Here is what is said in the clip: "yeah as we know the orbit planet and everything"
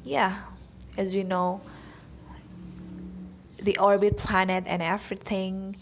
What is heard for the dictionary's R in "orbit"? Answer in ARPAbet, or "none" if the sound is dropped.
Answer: R